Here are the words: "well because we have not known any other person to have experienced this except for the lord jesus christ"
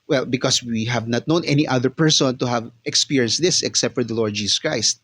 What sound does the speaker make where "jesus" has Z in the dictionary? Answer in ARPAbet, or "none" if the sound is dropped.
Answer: S